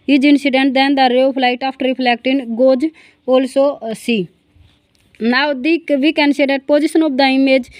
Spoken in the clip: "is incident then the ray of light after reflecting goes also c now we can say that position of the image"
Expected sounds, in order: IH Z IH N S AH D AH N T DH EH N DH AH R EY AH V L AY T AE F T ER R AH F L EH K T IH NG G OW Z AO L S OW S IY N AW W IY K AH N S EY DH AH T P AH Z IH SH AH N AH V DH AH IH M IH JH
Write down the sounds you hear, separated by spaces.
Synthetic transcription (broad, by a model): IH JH IH N S AH D AH N T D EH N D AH R EY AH P L AY T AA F T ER R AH P L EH K T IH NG G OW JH AO L S OW S IY N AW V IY K AH N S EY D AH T P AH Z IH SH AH N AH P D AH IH M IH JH